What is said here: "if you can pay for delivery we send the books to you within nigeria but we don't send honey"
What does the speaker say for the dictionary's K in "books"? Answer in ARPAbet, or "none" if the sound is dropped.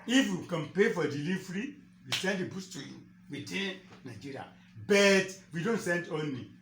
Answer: none